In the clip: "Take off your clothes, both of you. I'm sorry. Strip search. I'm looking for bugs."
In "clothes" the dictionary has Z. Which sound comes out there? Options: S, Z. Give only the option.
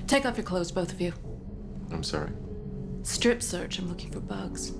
Z